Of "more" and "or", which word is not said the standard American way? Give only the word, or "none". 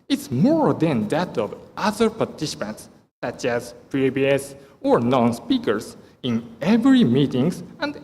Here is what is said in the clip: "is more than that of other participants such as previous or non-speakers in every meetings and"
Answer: none